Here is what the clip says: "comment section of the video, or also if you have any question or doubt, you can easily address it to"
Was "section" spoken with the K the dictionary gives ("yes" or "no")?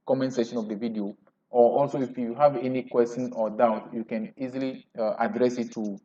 no